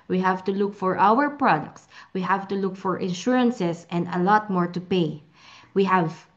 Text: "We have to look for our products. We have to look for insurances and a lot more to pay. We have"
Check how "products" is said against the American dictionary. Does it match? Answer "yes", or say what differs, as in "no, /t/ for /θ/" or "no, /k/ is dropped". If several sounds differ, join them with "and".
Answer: yes